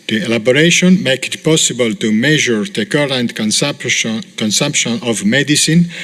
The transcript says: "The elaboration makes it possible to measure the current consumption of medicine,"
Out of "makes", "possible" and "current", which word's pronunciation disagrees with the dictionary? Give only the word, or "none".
makes